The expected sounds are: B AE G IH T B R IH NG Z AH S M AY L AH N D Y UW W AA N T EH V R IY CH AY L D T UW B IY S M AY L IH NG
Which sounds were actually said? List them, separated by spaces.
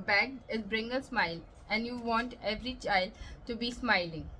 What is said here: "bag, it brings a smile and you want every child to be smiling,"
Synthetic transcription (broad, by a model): B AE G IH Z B R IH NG AH S M AY L AH N D Y UW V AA N T EH V R IY CH AY L D T UW B IY S M AY L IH NG